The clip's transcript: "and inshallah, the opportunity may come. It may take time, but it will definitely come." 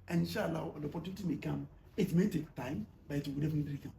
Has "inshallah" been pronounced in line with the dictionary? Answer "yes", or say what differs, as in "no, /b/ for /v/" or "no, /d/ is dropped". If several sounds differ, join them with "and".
no, /w/ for /l/